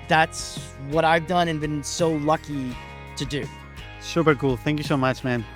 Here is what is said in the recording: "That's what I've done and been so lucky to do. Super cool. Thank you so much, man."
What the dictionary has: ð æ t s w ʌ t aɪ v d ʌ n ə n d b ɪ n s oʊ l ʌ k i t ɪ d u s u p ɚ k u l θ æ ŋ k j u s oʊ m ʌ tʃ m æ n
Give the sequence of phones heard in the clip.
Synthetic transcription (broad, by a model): ð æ t s w ʌ t aɪ v d ʌ n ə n b ɪ n s oʊ l ʌ k i t ɪ d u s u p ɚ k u l θ æ ŋ k j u s oʊ m ʌ tʃ m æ n